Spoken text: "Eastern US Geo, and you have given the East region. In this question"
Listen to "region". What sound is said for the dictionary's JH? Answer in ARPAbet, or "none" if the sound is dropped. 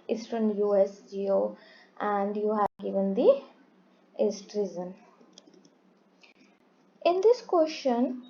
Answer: Z